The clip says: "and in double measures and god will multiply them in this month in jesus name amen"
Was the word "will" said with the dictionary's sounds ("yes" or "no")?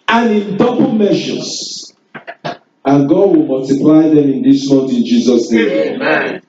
yes